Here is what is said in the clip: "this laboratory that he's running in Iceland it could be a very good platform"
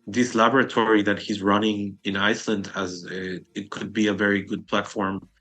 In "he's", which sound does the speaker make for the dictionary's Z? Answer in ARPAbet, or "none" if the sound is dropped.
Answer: Z